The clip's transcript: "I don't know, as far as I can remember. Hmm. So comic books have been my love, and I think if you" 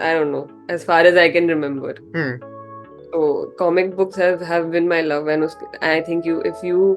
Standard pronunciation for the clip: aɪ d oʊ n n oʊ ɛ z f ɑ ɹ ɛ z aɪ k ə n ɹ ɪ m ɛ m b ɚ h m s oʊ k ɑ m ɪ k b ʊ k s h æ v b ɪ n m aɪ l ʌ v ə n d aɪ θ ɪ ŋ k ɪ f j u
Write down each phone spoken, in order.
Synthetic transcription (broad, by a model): aɪ d oʊ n n oʊ ɛ z f ɑ ɹ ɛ z aɪ k ə n ɹ ɪ m ɛ m b ɚ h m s oʊ k ɑ m ɪ k b ʊ k s h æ v b ɪ n m aɪ l ʌ v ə n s aɪ t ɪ ŋ k ɪ f j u